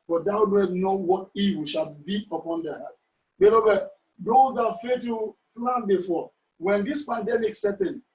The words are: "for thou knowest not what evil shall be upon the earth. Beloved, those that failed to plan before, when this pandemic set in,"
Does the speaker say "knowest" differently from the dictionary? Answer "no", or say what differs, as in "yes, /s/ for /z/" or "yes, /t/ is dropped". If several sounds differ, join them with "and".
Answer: yes, /s/ is dropped